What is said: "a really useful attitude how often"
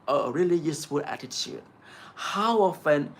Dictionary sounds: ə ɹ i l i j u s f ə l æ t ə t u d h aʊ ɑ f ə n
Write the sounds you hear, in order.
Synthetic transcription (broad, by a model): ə ɹ i l i j u s f ə l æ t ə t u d h aʊ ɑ f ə n